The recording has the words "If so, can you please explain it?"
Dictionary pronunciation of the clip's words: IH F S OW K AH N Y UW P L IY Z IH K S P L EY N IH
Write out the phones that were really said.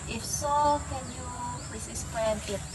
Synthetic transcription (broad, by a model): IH F S OW K AH N Y UW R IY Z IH S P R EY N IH